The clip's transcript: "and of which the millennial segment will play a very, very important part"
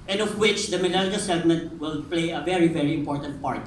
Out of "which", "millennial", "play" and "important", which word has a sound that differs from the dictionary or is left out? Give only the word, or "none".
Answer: millennial